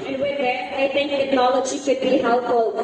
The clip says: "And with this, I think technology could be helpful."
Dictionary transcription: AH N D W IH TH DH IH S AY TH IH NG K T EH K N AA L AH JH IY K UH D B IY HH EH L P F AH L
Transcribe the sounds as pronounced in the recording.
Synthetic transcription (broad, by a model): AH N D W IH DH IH AY T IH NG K T EH K N AA L AH JH IY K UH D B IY HH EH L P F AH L